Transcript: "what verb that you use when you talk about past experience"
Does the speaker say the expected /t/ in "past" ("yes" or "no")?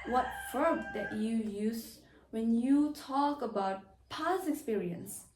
no